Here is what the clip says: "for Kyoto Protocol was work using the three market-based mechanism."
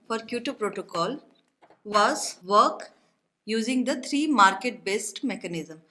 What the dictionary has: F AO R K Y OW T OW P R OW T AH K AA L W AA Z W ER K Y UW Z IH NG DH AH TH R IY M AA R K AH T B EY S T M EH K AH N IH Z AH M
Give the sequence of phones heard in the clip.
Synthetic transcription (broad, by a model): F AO R K Y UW T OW P R OW T AH K AA L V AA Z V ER K Y UW Z IH NG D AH T R IY M AA R K AH T B EY S T M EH K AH N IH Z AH M